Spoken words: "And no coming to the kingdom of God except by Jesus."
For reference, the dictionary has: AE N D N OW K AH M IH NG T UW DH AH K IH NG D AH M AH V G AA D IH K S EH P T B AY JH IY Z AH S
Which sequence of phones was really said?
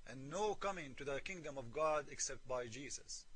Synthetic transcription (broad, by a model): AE N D N OW K AH M IH NG T UW DH AH K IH NG D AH M AH V G AA D IH K S EH P T B AY JH IY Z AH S